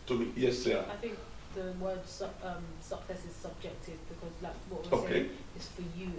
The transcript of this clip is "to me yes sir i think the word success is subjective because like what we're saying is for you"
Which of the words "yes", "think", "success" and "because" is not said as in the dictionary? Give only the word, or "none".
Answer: none